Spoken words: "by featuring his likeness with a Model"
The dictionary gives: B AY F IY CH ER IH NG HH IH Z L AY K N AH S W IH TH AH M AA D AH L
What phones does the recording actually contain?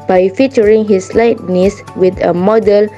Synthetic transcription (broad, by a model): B AY F IY CH ER IH NG HH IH S L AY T N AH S W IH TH AH M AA D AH L